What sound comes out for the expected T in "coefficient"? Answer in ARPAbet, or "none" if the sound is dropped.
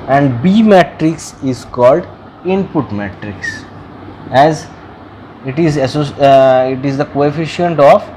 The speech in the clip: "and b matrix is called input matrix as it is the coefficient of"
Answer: T